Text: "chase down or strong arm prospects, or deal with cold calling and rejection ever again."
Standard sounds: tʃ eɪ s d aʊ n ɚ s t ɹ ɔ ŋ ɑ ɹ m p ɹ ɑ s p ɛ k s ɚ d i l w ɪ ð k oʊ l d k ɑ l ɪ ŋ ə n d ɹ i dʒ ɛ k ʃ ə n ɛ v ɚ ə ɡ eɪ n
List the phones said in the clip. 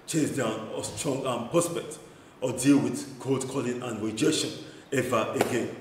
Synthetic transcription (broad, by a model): tʃ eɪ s d aʊ n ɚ s t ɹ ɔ ŋ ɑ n p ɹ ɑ s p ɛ k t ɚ d i l w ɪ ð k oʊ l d k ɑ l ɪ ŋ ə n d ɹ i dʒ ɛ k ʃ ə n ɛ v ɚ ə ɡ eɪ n